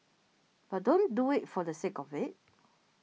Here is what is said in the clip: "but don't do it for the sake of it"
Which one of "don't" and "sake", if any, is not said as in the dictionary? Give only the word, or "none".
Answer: none